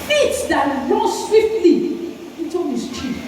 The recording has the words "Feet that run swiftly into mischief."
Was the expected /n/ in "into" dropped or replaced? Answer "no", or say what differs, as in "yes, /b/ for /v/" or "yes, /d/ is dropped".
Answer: yes, /n/ is dropped